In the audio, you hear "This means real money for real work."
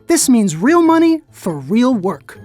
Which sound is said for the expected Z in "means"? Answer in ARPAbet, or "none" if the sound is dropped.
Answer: Z